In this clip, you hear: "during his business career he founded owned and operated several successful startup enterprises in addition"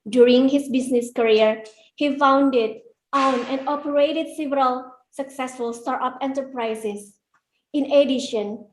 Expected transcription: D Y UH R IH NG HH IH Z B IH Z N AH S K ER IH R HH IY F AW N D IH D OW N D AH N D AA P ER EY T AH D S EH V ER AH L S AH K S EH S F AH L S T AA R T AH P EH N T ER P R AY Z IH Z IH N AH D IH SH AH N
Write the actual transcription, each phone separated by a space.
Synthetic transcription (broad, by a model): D Y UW R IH NG HH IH S B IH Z N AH S K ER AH R HH IY F AW N D IH D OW N AH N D AA P ER EY T AH D S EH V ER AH L S AH K S EH S F AH L S T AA R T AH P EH N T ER P R AY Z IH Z IH N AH D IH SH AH N